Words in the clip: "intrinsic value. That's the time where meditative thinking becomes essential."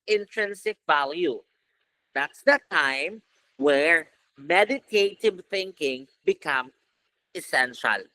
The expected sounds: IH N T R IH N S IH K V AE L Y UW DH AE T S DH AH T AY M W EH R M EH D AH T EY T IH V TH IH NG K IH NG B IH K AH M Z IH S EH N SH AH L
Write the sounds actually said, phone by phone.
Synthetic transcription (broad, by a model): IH N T R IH N S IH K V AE L Y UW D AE T S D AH T AY M W EH R M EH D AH T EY T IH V TH IH NG K IH NG B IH K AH M IH S EH N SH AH L